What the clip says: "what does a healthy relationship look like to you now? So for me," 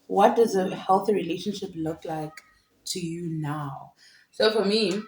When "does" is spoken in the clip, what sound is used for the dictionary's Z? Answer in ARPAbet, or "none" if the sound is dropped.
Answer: Z